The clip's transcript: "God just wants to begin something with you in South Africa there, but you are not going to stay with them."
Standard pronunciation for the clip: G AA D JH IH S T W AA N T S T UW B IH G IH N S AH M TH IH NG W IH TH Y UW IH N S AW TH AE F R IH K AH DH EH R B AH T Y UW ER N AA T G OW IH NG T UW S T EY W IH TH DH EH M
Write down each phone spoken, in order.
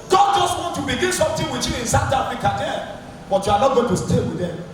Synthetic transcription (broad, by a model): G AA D JH IH S T W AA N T T UW B IH G IH N S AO M T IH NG W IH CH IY IH N S AW T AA F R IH K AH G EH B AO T Y UW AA N AA T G OW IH T UW S T EY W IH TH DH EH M